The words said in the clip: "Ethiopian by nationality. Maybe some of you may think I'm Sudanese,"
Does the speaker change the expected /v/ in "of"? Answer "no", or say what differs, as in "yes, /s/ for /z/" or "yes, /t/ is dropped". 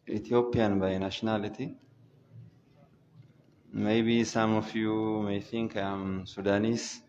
yes, /f/ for /v/